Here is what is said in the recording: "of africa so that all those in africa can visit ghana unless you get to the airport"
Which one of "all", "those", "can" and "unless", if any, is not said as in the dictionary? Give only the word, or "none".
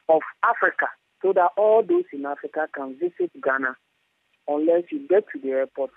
those